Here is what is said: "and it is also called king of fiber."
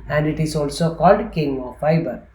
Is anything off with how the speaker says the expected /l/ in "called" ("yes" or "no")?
no